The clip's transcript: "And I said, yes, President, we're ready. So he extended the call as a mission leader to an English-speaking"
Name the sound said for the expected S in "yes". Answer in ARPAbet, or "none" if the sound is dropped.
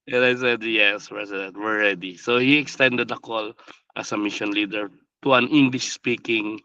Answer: S